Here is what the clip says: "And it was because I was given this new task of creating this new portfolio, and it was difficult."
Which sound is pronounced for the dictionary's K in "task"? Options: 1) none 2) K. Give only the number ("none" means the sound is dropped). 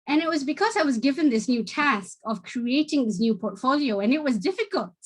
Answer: 2